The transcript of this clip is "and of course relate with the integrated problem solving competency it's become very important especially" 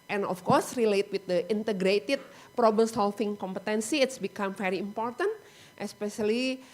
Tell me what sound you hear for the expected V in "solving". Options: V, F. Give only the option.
F